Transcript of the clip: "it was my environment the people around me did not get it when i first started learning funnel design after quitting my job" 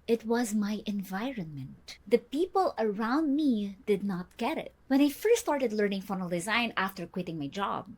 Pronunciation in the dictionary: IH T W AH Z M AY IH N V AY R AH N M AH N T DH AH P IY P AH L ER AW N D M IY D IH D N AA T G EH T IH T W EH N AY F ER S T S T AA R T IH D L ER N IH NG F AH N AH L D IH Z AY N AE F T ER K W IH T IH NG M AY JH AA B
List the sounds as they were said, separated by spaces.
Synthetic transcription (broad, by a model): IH T W AH Z M AY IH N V AY R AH N M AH N T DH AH P IY P AH L ER AW N D M IY D IH D N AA T G EH T IH T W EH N AY F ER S S T AA R T IH D L ER N IH NG F AH N AH L D IH Z AY N AE F T ER K W IH T IH NG M AY JH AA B